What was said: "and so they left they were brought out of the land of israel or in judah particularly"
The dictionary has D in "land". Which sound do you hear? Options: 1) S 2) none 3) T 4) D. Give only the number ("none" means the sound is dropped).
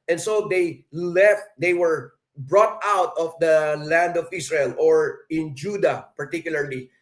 4